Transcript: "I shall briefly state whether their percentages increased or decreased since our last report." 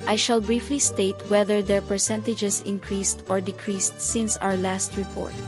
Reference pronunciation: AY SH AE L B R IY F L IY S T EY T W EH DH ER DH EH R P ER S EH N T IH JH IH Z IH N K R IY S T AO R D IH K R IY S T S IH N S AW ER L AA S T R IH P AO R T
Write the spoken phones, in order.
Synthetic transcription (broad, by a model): AY SH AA L B R IY F L IY S T EY T W EH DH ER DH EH R P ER S EH N T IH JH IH S IH N K R IY S T AO R D IH K R IY S T S IH N S AW ER L AA S T R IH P AO R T